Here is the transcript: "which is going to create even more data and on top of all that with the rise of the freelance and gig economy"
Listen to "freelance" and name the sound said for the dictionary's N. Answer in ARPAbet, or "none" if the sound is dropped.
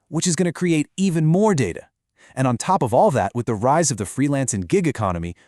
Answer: N